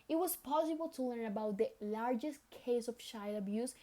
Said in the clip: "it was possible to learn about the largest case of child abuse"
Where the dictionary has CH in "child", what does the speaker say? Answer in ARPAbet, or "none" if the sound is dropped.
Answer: SH